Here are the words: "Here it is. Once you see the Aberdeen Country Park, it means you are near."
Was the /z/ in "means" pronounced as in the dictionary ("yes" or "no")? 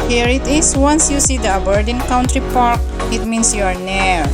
no